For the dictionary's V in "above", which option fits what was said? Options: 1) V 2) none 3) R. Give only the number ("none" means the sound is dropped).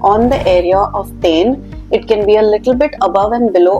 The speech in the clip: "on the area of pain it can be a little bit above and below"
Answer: 1